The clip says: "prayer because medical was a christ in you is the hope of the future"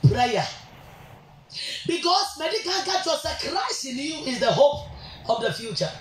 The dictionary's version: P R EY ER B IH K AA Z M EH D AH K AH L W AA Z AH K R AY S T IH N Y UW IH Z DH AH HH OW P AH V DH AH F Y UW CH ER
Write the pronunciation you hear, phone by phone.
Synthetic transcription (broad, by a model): P R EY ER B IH K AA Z M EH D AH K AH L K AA S AH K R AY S IH N Y UW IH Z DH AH HH OW P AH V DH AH F Y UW CH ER